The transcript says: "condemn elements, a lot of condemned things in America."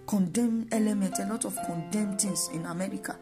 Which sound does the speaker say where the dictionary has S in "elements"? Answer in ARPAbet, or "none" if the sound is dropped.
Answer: none